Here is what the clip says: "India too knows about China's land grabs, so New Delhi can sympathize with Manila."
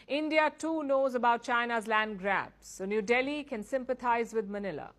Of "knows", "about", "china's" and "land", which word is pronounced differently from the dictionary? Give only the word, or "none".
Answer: none